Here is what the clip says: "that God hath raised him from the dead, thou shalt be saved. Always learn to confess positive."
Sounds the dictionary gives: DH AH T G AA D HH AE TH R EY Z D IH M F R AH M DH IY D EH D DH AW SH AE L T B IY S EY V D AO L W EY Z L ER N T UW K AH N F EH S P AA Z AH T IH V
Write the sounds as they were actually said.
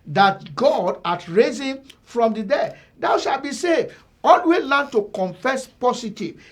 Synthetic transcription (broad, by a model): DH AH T G AA D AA T R EY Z IH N F R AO M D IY D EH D AW SH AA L B IY S EY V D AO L W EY L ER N T UW K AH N F EH S P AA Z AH T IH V